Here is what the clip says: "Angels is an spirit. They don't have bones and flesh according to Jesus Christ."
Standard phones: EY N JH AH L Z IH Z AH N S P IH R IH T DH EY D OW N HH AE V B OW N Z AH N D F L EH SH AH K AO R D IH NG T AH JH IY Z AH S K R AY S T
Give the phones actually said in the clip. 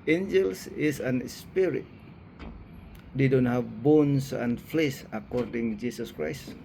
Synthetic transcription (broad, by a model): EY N JH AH L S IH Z AH N S P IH R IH T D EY D OW N HH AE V B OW N S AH N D F L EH S AH K AO R D IH NG JH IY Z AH S K R AY S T